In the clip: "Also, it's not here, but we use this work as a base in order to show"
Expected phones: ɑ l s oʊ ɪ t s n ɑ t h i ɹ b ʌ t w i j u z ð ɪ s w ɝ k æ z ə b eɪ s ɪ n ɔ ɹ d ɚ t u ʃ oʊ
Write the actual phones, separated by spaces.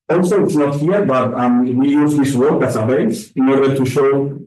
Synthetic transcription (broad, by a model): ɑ l s oʊ ɪ t s n ɑ t h i ɹ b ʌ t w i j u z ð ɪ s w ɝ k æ s ə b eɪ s ɪ n ɔ ɹ d ɚ t u ʃ oʊ